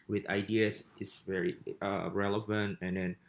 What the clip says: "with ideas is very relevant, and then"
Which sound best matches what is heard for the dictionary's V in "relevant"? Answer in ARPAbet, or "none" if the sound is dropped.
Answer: V